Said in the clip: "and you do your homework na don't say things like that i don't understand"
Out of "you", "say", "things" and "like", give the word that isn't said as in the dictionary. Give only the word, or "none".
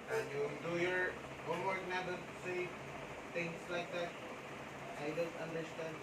things